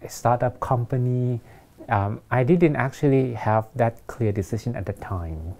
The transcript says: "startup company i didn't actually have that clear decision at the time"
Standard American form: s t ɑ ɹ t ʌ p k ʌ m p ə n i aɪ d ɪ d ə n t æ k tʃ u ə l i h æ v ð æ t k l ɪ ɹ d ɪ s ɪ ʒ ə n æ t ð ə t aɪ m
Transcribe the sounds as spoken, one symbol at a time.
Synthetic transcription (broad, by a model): s t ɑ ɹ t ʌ p k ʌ m p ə n i aɪ d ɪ d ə n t æ k tʃ u ə l i h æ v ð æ t k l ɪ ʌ d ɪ s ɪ ʃ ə n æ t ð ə t aɪ m